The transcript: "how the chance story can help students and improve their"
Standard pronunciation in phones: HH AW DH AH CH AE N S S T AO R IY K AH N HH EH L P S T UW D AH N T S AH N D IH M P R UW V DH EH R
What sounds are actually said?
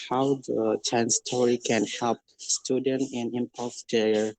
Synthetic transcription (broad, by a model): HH AW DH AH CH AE N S S T AO R IY K AH N HH EH L P S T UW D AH N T AH N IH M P AO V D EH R